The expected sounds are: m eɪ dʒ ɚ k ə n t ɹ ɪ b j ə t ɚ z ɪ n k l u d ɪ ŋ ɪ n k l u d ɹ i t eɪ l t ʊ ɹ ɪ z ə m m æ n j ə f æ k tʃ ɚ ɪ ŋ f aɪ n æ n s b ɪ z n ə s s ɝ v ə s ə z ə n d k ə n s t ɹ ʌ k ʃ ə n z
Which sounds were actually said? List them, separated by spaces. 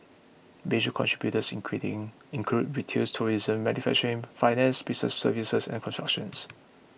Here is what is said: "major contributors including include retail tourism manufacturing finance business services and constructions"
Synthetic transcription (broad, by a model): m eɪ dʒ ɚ k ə n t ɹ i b j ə t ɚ s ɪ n k w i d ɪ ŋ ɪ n k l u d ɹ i t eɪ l t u ɹ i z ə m m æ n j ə f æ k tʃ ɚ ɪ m f aɪ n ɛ n s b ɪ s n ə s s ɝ v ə s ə s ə n k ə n s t ɹ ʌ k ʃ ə n s